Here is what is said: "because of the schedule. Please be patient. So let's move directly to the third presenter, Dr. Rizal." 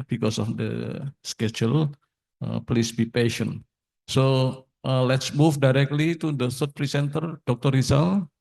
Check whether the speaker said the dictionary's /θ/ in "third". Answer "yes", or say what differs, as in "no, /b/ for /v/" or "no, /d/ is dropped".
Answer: no, /s/ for /θ/